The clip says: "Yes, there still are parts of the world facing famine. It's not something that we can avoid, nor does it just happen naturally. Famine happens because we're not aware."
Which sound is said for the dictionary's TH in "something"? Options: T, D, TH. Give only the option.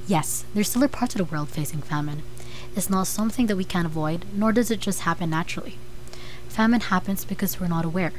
TH